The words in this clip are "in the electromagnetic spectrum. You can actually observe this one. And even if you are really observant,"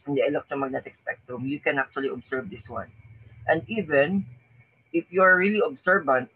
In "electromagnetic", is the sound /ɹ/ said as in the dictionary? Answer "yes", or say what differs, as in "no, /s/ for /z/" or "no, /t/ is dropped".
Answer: no, /ɹ/ is dropped